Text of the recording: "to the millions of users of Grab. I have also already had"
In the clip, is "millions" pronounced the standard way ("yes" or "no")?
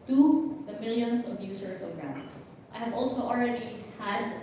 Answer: no